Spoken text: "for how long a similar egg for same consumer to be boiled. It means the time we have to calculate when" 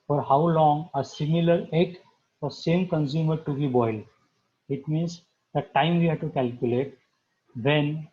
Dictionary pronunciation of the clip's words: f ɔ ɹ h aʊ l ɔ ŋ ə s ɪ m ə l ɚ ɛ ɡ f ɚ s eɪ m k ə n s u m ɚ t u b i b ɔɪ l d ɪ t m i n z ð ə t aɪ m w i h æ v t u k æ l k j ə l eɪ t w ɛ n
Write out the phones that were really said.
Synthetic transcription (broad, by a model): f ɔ ɹ h aʊ l ɔ ŋ ə s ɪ m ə l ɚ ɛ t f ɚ s eɪ m k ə n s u m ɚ t u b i b ɔɪ l ɪ t m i n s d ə t aɪ m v i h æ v t u k æ l k j ə l eɪ t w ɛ n